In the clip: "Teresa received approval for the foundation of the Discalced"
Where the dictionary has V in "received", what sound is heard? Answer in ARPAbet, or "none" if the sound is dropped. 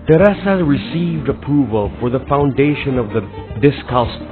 V